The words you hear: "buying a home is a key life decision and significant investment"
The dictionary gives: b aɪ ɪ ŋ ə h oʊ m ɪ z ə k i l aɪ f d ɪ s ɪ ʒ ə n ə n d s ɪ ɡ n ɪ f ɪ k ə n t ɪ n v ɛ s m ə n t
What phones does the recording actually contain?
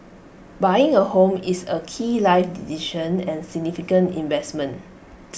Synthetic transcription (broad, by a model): b aɪ ɪ ŋ ə h oʊ m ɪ s ə k i l aɪ f d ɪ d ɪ ʃ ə n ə n s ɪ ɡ n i f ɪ k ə n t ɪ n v ɛ s m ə n